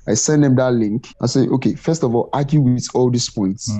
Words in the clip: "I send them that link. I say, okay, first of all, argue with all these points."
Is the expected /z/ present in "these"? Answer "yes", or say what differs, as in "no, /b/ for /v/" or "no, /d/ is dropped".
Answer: no, /s/ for /z/